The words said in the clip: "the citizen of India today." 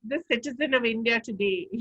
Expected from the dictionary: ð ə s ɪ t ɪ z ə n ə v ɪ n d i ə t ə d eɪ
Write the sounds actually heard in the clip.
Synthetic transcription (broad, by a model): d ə s ɪ t ɪ z ə n ə v ɪ n d i ə t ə d eɪ